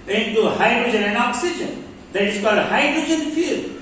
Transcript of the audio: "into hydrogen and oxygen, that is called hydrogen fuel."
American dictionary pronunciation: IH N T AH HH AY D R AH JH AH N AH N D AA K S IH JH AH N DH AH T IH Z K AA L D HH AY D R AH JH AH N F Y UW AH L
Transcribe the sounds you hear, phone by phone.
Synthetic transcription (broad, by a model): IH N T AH HH AY D R AH JH AH N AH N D AA K S IH JH AH N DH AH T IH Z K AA D HH AY D R AH JH AH N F Y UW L